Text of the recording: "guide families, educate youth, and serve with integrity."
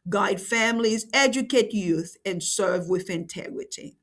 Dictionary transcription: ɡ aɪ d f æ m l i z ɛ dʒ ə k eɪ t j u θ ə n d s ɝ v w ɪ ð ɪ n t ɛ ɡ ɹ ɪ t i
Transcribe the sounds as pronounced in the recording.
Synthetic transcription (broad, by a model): ɡ aɪ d f æ m l i z ɛ dʒ ə k eɪ t j u θ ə n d s ɝ v w ɪ ð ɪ n t ɛ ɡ ɹ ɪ t i